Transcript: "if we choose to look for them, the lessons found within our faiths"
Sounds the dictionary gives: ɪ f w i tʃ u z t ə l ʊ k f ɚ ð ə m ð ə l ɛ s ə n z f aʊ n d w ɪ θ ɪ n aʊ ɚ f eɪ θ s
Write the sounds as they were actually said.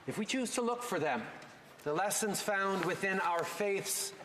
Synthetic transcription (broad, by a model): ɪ f w i tʃ u z t ə l ʊ k f ɚ ð ə m ð ə l ɛ s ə n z f aʊ n d w ɪ θ ɪ n aʊ ɚ f eɪ θ s